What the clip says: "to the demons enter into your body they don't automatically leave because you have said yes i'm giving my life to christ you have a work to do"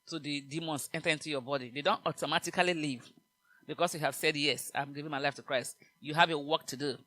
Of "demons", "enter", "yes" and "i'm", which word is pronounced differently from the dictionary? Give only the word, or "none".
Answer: demons